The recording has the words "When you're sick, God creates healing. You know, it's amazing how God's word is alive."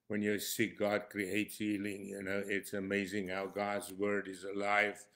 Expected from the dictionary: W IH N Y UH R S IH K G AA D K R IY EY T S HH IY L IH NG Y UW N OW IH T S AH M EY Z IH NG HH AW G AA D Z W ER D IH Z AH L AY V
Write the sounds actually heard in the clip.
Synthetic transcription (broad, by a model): W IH N Y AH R S IH K G AA D K R IY EY T S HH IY L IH NG Y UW N OW IH T S AH M EY Z IH NG HH AW G AA D Z W ER D IH Z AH L AY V